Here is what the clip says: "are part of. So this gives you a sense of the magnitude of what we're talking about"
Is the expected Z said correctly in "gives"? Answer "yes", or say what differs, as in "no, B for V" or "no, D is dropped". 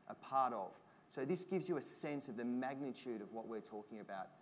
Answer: yes